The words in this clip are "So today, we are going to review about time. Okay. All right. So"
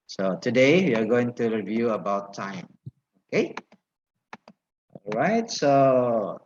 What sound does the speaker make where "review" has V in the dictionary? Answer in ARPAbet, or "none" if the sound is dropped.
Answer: V